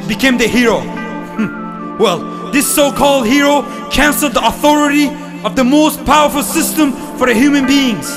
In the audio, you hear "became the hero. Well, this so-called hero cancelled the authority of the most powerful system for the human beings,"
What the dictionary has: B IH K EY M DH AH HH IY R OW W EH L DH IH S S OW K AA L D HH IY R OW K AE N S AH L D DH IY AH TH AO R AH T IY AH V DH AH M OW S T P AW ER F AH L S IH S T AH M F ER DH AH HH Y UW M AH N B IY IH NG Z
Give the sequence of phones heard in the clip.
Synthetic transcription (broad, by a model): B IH K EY M DH AH HH IY R OW W EH L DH IH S S OW K AA L D HH IY R OW K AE N S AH L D DH IY AH TH AO R AH T IY AH V DH AH M OW S T P AW ER F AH L S IH S T AH M F ER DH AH HH Y UW M AH N B IY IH NG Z